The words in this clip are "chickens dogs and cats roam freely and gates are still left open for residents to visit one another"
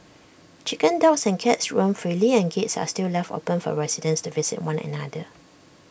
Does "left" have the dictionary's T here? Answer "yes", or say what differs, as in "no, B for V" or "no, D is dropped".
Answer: yes